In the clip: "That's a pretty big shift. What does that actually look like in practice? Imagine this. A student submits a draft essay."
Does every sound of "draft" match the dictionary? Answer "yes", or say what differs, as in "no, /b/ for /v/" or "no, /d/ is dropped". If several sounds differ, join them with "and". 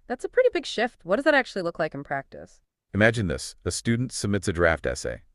yes